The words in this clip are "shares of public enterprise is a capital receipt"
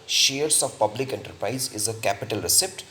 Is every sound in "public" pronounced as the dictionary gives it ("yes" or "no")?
yes